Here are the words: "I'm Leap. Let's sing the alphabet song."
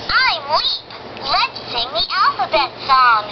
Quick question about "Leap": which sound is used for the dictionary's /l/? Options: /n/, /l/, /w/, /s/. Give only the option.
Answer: /w/